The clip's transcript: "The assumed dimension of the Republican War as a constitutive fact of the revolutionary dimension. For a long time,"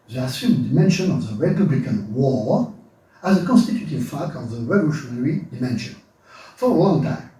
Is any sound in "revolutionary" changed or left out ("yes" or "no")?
no